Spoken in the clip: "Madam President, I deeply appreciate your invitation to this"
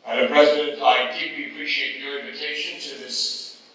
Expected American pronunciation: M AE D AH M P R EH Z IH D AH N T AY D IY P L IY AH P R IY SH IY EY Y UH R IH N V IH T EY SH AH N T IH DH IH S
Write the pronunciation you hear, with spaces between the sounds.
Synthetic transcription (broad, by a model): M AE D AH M P R EH Z IH D AH N T AY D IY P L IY AH P R IY SH IY EY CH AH R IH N V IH T EY SH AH N T IH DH IH S